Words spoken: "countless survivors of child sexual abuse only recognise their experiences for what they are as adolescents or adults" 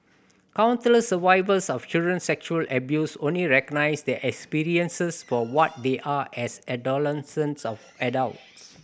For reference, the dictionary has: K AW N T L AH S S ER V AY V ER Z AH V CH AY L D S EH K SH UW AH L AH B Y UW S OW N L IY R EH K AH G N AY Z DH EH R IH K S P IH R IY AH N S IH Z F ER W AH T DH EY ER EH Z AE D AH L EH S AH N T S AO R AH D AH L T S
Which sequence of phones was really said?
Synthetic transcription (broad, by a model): K AW N S L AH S S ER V AY V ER S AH F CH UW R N S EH K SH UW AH L AH B Y UW S OW N L IY R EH K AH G N AY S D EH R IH K S P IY R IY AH N S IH S F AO W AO T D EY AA EH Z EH D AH L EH S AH N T S AO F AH D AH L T S